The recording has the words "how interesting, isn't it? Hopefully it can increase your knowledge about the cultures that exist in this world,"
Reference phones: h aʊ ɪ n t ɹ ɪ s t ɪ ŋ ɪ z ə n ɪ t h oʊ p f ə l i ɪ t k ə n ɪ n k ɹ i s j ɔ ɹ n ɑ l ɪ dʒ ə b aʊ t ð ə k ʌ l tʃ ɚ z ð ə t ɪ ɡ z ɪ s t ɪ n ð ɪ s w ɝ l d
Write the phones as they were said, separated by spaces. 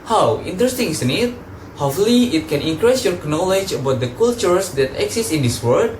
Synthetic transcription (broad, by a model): h aʊ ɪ n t ɹ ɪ s t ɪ ŋ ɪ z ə n ɪ t h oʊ f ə l i ɪ t k ə n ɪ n k ɹ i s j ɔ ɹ n ɑ l ɪ dʒ ə b aʊ t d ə k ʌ l tʃ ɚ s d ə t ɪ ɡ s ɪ s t ɪ n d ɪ s w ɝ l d